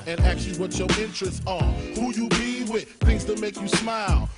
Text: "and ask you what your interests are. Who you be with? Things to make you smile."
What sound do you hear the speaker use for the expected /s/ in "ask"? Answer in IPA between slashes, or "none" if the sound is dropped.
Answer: none